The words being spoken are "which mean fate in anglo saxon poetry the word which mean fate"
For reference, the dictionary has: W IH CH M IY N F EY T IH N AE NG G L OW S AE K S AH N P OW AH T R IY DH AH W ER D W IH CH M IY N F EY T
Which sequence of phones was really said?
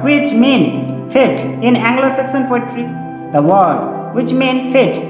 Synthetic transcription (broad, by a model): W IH CH M IY N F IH T IH N AE NG G L OW S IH K S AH N F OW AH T R IY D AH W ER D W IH CH M IY N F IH T